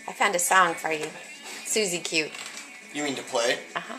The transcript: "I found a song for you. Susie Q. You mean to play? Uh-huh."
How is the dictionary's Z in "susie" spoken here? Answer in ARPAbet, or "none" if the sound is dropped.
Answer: Z